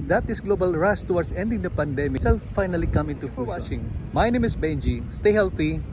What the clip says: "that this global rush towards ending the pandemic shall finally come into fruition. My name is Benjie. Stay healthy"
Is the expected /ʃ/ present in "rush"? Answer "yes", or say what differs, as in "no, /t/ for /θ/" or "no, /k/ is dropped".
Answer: no, /s/ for /ʃ/